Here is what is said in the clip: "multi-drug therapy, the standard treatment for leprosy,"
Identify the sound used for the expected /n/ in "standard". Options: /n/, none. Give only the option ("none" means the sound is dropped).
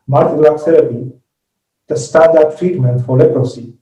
none